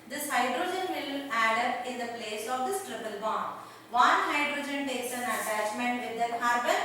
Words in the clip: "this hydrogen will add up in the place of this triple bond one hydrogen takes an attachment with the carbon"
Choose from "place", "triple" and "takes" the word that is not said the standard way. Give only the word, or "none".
none